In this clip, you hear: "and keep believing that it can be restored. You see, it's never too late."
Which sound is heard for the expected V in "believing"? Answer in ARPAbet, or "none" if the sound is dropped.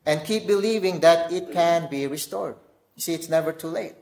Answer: V